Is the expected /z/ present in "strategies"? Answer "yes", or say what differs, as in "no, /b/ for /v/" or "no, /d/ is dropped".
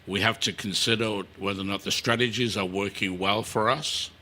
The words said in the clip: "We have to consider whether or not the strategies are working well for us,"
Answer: yes